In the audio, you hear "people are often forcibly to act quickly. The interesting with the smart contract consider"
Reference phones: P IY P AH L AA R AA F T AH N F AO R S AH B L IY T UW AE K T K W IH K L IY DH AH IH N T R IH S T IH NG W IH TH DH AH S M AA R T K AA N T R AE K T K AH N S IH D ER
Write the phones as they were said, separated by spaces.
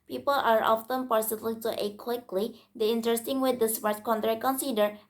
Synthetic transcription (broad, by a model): P IY P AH L AA R AA F T AH N P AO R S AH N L T UW T K W IH K L IY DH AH IH N T R IH S T IH NG W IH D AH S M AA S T K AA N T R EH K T K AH N S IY D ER